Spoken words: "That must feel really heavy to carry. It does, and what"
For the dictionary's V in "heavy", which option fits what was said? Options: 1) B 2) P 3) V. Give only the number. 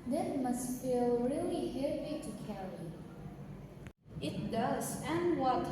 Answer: 2